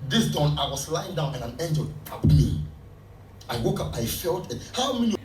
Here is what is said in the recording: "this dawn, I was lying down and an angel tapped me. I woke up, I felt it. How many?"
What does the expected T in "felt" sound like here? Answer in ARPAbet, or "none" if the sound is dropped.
T